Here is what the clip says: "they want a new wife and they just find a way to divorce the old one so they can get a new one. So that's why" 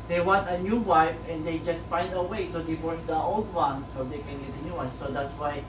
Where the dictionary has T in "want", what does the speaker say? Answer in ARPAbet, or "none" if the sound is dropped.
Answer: T